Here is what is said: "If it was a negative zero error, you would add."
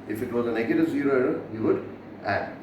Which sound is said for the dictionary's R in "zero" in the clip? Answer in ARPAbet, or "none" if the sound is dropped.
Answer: R